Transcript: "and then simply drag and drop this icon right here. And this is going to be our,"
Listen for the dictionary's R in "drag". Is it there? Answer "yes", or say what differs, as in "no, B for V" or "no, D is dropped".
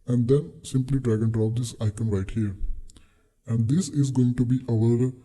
yes